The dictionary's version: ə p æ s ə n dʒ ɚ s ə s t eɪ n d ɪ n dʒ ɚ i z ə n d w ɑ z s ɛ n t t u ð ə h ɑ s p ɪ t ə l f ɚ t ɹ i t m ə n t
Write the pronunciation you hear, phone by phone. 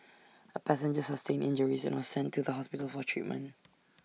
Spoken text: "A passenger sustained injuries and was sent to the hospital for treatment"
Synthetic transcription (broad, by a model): ə p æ s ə n dʒ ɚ s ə s t eɪ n ɪ n dʒ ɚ i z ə n w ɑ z s ɛ n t t u ð ə h ɑ s p ɪ t ə l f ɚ t ɹ i t m ə n t